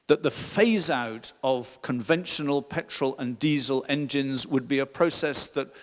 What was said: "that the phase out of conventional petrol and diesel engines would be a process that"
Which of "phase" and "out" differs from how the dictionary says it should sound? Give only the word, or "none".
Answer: none